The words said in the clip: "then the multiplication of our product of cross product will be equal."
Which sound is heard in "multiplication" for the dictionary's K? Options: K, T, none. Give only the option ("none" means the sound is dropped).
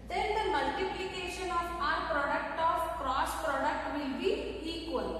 K